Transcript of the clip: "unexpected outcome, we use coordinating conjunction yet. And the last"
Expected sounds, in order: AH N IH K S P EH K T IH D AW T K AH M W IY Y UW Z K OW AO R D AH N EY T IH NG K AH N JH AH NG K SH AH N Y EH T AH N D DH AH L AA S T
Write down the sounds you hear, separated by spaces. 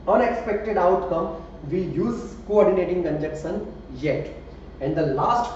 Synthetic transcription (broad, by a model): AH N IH K S P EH K T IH D AW T K AH M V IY Y UW Z K OW AO R D AH N EY T IH NG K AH N JH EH K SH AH N Y EH T AH N D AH L AA S T